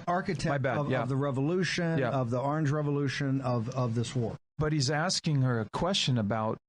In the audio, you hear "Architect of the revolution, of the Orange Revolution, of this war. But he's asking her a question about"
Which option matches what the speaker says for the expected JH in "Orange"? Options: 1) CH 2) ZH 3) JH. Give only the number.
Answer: 3